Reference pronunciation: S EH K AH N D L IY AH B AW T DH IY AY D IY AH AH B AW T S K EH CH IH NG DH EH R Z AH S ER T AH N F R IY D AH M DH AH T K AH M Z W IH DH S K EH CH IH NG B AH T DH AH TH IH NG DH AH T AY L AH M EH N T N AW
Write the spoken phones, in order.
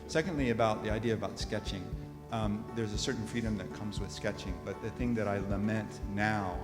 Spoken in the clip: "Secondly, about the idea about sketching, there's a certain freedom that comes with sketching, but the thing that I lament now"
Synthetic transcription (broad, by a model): S EH K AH N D L IY AH B AW T DH IY AY D IY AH AH B AW T S K EH CH IH NG DH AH R Z AH S ER T N F R IY D AH M DH AH T K AH M Z W IH DH S K EH CH IH NG B AH T DH AH TH IH NG DH AH T AY L AH M EH N T N AW